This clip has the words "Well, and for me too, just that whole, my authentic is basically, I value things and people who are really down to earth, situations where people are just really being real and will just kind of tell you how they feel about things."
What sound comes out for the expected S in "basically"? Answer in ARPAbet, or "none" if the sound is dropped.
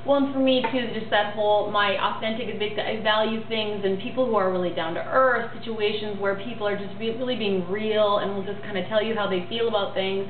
none